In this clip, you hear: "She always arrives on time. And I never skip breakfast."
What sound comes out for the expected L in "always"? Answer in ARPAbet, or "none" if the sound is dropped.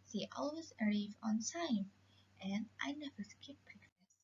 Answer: L